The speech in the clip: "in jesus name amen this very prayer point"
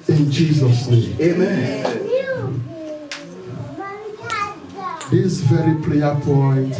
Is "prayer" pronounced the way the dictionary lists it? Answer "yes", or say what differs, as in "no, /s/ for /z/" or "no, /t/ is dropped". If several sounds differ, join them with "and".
no, /l/ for /ɹ/